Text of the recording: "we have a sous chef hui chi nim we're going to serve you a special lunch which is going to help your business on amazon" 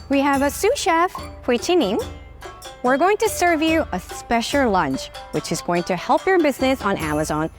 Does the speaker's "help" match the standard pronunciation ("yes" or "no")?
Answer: yes